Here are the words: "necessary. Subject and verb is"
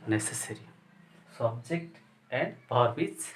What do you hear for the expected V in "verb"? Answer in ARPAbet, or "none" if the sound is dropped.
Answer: P